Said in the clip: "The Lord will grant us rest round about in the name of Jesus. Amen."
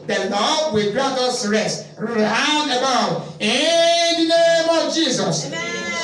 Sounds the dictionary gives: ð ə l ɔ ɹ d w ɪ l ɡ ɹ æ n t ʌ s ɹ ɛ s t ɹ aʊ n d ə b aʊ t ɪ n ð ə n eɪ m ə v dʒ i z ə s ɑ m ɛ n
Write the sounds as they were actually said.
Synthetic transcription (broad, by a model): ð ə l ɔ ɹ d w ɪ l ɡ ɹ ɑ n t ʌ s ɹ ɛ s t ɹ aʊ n ə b aʊ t ɪ n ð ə n eɪ m ə v dʒ i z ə s